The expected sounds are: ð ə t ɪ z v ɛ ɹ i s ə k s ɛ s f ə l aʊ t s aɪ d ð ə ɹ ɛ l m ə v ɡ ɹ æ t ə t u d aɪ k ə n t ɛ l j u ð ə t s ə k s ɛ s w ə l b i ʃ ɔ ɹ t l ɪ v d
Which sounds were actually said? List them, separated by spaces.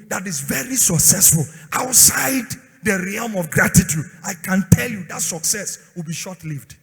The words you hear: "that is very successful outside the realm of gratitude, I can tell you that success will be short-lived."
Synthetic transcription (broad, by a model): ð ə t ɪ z v ɛ ɹ i s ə k s ɛ s f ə l aʊ t s aɪ d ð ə ɹ ɛ l m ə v ɡ ɹ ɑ t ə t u d aɪ k ə n t ɛ l j u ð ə t s ə k s ɛ s w ə l b i ʃ ɔ t l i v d